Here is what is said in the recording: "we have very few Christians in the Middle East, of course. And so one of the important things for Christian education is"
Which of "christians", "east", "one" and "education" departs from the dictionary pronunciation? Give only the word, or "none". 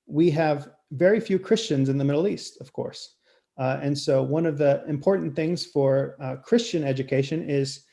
none